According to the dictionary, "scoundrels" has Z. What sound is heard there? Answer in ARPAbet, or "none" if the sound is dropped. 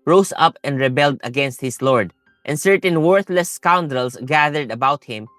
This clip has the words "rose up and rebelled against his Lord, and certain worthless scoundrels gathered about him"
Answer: S